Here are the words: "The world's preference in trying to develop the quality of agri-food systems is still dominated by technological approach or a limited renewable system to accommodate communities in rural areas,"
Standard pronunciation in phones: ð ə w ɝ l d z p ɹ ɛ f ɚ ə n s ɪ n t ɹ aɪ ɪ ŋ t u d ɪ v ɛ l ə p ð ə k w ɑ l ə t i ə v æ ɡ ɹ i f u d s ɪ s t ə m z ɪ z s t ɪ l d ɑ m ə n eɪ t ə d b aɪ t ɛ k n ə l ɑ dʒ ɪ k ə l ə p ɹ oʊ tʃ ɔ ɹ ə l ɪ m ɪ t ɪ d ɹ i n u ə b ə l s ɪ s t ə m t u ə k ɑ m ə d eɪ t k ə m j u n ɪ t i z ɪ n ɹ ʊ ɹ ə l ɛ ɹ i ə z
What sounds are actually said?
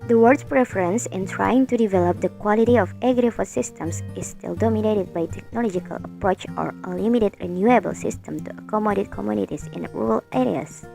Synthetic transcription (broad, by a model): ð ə w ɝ d p ɹ ɛ f ɚ ə n s ɪ n t ɹ aɪ ɪ ŋ t u d ɪ v ɛ l ə p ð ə k w ɑ l ə t i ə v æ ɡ ɹ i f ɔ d s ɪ s t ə m s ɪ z s t ɪ l d ɑ m ə n eɪ t ə d b aɪ t ɛ k n ə l ɑ dʒ ɪ k ə l ə p ɹ oʊ tʃ ɔ ɹ ə l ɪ m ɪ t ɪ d ɹ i n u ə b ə l s ɪ s t ə m t u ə k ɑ m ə d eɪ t k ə m j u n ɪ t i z ɪ n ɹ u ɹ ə l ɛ ɹ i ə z